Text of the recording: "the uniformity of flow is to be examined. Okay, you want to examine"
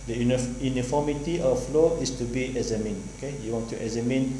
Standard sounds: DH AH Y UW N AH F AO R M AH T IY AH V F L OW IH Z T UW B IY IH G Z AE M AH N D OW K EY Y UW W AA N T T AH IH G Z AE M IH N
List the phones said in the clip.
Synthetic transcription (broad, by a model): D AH Y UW N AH F AO M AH T IY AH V F L OW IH S T UW B IY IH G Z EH M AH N OW K EY Y UW W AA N T T AH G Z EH M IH N